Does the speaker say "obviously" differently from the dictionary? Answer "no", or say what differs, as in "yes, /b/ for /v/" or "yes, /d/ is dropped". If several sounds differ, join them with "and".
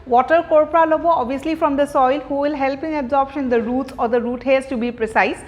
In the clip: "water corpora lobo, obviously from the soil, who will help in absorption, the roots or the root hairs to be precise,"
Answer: yes, /v/ is dropped